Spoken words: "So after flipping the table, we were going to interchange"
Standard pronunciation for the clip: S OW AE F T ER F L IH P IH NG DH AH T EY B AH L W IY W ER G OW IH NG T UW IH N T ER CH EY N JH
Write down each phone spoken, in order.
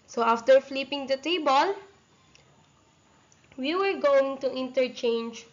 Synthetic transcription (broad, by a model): S OW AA F T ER F L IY P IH NG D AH T EY B AH L W IY W ER G OW IH NG T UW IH N T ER CH EY N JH